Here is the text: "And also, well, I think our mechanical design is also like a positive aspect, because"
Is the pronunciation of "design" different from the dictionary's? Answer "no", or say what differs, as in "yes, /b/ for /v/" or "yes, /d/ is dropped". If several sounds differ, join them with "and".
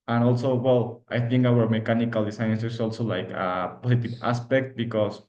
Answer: yes, /s/ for /z/